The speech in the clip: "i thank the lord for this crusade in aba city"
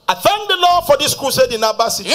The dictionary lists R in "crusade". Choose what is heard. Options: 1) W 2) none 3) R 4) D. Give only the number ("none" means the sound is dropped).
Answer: 2